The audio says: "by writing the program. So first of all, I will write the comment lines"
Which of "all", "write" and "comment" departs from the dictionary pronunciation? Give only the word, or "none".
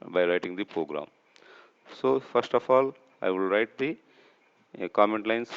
none